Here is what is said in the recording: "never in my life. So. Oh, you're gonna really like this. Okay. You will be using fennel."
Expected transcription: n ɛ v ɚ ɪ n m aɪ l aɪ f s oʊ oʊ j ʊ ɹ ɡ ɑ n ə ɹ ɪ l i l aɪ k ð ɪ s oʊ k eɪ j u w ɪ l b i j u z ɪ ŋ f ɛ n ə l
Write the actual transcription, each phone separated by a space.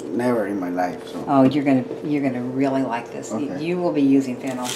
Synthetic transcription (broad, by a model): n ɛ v ɚ ɪ n m aɪ l aɪ f s oʊ oʊ j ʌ ɹ ɡ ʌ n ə ɹ ɪ l i l aɪ k ð ɪ s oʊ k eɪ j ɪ w ɪ l b i j u z ɪ ŋ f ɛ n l